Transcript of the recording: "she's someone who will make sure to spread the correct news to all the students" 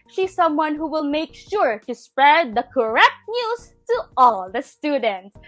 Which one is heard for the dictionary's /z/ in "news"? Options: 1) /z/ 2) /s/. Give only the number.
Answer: 2